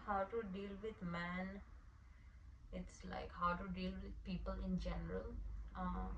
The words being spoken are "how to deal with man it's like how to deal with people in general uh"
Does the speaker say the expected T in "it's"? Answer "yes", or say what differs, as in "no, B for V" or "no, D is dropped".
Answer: yes